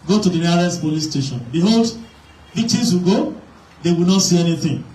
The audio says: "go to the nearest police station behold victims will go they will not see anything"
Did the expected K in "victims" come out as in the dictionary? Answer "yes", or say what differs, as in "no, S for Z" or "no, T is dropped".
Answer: no, K is dropped